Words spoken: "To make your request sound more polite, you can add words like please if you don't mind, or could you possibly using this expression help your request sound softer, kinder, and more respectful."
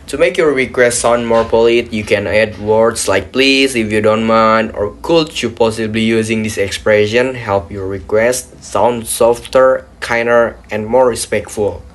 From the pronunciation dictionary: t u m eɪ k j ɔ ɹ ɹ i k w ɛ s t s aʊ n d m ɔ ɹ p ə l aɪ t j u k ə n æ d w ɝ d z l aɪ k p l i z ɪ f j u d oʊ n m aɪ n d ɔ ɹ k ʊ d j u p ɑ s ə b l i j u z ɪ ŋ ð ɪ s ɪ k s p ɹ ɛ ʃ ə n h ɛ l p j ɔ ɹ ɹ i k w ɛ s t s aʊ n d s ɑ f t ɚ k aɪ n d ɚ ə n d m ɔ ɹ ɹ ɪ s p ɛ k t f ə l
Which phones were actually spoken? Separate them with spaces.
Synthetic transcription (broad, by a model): t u m eɪ k j ɔ ɹ ɹ i k w ɛ s t s aʊ n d m ɔ ɹ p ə l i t j u k ə n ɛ d w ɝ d s l aɪ k p l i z ɪ f j u d oʊ n m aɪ n ɔ ɹ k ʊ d j u p ɑ s ə b l i j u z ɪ ŋ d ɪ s ɪ k s p ɹ ɛ ʃ ə n h ɛ l p j ɔ ɹ ɹ i k w ɛ s t s aʊ n d s ɑ f t ɚ k aɪ n d ɚ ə n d m ɔ ɹ ɹ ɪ s p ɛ k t f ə l